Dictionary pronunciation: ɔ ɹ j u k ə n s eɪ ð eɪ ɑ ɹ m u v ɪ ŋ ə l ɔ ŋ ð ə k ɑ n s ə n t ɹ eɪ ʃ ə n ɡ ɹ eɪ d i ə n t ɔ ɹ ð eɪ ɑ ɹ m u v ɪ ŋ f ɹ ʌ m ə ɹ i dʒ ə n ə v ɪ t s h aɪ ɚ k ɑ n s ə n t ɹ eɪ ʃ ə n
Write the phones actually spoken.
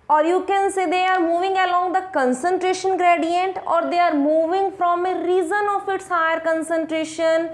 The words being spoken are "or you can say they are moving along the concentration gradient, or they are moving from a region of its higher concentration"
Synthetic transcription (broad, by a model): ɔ ɹ j u k ə n s eɪ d eɪ ɑ ɹ m u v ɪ ŋ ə l ɔ ŋ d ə k ɑ n s ə n t ɹ eɪ ʃ ə n ɡ ɹ eɪ d i ə n t ɔ ɹ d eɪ ɑ ɹ m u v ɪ ŋ f ɹ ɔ m ə ɹ i z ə n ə f ɪ t s h aɪ ɚ k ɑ n s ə n t ɹ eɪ ʃ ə n